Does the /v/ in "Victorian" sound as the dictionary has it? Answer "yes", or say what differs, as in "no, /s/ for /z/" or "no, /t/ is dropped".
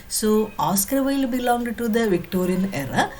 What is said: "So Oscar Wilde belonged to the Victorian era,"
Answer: yes